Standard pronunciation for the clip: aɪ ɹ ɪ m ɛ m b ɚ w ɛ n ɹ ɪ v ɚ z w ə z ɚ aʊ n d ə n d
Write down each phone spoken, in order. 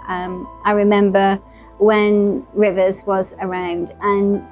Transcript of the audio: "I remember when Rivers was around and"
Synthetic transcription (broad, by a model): aɪ ɹ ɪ m ɛ m b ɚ w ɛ n ɹ ɪ v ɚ z w ə z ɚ aʊ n d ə n